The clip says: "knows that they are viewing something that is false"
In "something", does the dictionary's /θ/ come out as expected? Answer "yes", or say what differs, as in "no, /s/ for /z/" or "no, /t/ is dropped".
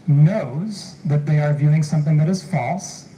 yes